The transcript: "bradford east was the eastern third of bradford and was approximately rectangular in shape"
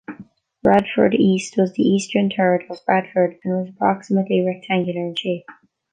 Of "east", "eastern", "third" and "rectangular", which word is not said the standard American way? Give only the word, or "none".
third